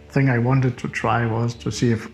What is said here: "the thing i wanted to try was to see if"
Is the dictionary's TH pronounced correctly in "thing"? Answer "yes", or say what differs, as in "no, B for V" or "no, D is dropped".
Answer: yes